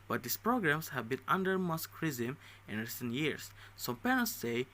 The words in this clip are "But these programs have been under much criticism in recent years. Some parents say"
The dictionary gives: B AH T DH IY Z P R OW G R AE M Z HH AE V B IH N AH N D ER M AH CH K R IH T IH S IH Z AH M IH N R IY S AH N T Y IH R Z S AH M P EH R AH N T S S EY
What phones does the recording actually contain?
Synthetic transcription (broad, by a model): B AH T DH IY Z P R OW G R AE M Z HH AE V B IH N AH N D ER M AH S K R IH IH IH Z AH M IH N R IY S AH N T Y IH R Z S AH M P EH R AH N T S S EY